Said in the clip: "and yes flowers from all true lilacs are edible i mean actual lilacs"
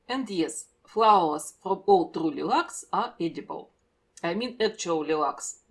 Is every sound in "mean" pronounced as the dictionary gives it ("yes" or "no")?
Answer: yes